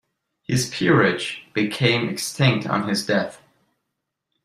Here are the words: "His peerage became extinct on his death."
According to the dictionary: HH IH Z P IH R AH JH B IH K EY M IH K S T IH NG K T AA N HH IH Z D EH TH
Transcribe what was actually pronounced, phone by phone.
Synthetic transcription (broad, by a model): HH IH Z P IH R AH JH B IH K EY M IH K S T IH NG K T N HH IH Z D EH TH